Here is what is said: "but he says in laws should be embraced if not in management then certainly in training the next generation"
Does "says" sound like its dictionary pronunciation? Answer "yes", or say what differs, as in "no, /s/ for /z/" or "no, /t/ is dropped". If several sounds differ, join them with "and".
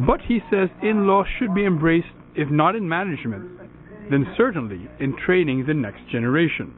yes